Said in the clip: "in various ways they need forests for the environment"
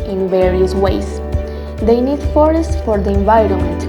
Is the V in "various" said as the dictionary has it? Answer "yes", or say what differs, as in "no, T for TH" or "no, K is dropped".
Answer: yes